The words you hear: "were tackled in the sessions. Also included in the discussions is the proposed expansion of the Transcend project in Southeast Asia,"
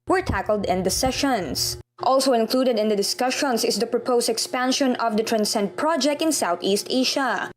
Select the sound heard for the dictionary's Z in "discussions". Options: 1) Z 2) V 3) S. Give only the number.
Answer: 3